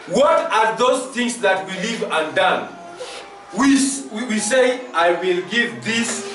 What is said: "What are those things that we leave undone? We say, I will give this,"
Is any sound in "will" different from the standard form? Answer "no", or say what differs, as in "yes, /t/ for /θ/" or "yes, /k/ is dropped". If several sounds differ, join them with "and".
no